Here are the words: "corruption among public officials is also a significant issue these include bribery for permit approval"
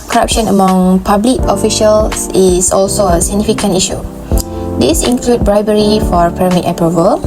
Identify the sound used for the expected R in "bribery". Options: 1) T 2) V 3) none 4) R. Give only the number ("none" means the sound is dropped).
4